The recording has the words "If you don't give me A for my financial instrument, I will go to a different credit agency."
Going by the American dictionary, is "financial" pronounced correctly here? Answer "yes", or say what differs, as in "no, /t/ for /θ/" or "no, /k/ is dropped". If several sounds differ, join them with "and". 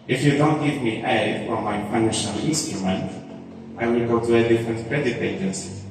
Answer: no, /p/ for /f/